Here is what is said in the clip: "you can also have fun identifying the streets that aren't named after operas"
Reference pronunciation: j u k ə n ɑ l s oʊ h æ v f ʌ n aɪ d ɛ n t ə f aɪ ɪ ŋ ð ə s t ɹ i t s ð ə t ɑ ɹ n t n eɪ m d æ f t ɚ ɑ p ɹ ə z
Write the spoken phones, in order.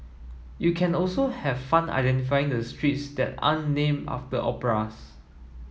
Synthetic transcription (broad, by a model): j u k ə n ɑ l s oʊ h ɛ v f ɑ n aɪ d ɛ n t ə f aɪ ɪ ŋ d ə s t ɹ i t s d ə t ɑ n n eɪ m ɑ f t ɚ ɑ p ɹ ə s